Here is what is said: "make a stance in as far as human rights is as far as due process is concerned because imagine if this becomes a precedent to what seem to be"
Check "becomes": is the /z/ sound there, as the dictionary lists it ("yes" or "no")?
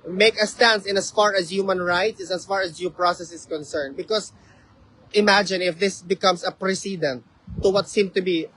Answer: no